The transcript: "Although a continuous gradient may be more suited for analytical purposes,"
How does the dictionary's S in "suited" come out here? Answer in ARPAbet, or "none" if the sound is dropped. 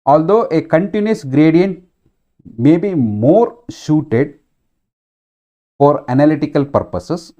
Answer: SH